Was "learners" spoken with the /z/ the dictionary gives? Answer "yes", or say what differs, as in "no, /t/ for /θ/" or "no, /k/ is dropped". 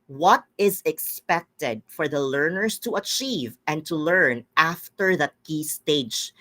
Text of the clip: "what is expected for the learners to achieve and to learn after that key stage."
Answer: no, /s/ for /z/